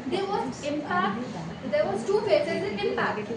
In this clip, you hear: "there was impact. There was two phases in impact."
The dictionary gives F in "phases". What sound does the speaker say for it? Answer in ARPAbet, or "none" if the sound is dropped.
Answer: P